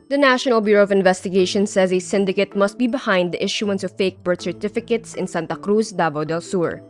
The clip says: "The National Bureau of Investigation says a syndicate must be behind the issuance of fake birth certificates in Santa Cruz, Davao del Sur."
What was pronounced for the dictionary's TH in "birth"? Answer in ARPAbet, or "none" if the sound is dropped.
T